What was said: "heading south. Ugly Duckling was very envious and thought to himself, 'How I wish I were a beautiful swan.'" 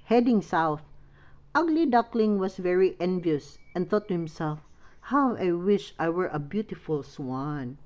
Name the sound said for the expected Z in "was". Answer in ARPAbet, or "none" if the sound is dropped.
S